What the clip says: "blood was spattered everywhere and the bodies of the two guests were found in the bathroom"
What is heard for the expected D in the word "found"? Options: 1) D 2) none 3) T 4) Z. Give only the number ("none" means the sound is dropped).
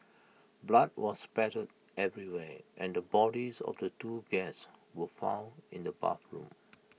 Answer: 2